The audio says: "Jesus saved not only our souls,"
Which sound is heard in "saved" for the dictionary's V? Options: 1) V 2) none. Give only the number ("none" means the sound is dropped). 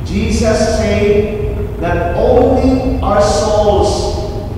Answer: 2